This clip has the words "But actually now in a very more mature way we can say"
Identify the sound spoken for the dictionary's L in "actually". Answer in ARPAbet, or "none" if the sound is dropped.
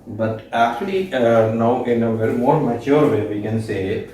L